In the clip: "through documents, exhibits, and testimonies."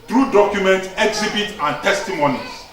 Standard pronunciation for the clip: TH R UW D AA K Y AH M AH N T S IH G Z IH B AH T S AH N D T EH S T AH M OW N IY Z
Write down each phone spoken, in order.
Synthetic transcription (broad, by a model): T R UW D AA K Y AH M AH N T IH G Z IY B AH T AH N T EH S T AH M OW N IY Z